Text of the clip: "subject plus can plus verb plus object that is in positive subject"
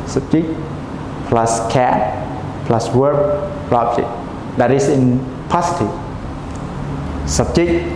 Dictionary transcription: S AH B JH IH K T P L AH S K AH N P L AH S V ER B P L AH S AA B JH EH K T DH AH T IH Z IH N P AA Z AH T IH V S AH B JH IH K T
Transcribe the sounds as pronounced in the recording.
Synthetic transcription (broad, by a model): S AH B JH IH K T P L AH S K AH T P L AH S W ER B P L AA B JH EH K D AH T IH S IH N P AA S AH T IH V S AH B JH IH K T